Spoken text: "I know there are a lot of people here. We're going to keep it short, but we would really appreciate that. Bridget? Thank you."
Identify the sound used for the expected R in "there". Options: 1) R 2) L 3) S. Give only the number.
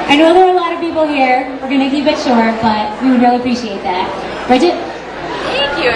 2